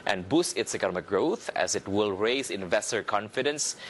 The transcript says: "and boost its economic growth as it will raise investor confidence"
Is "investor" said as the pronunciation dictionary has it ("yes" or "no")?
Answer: yes